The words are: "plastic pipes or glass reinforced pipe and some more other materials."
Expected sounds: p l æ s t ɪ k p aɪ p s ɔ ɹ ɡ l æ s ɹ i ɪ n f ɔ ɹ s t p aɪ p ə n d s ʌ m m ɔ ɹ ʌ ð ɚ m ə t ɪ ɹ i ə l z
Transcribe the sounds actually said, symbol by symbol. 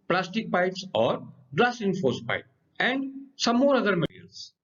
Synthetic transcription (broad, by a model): p l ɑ s t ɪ k p aɪ p s ɔ ɹ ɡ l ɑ s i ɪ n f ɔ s p aɪ p ə n d s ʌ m m ɔ ɹ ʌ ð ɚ m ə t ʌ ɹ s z